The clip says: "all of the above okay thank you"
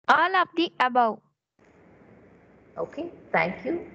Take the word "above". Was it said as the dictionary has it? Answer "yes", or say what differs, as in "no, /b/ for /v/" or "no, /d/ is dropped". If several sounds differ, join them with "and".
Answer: no, /w/ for /v/